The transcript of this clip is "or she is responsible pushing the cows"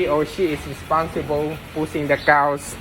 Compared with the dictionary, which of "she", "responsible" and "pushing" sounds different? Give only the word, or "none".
pushing